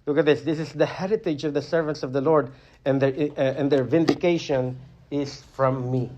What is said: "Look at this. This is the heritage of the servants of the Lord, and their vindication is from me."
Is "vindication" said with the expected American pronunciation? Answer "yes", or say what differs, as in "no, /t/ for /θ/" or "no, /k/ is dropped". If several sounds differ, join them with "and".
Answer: yes